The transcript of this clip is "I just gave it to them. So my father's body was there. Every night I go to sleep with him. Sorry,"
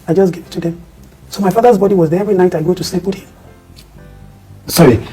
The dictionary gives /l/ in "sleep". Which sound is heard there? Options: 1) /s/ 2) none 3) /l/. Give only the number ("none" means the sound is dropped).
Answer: 2